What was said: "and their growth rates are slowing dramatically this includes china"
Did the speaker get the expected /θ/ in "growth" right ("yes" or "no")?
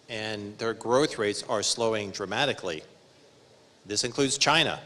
yes